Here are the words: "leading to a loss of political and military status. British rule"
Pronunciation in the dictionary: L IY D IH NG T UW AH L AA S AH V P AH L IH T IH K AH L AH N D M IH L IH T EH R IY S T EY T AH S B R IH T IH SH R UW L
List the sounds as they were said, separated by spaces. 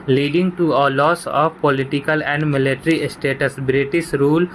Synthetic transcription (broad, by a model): L IY D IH NG T UW AH L AA S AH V P AH L IH T IH K AH L AH N D M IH L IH T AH R IY S T EY T AH S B R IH T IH S R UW L